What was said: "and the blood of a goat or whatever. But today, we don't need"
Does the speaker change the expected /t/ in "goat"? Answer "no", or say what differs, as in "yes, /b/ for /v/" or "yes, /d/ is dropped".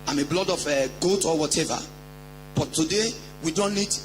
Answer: no